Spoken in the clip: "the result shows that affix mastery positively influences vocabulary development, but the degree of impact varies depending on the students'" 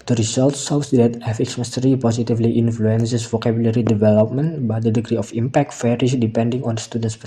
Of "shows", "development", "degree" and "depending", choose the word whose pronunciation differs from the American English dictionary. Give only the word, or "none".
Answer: shows